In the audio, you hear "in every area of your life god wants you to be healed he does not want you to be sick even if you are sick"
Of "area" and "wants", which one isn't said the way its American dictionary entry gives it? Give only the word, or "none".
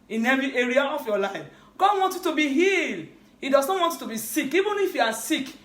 wants